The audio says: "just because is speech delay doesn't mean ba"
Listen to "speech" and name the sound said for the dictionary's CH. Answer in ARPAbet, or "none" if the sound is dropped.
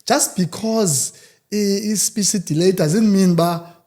S